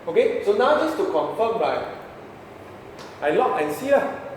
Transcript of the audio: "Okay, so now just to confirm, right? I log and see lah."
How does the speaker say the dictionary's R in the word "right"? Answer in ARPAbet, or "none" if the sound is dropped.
L